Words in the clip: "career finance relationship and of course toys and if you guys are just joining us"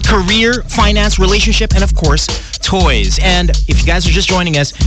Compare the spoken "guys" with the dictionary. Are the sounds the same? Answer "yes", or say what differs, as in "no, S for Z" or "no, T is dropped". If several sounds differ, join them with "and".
yes